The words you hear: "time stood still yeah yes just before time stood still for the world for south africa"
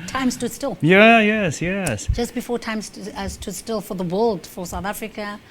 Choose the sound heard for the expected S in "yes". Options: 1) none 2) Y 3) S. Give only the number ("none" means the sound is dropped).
3